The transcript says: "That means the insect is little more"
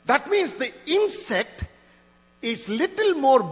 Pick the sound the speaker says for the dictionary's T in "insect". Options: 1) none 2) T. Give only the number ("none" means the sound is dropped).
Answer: 2